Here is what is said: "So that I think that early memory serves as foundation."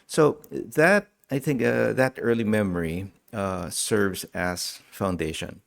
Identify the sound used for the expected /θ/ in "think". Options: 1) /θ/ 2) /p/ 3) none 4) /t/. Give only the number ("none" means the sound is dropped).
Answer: 1